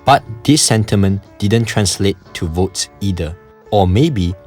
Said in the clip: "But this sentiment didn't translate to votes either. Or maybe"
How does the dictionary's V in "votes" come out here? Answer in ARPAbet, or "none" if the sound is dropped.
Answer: V